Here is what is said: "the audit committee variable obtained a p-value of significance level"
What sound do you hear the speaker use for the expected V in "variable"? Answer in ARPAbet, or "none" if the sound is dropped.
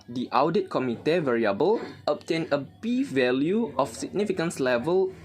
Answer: V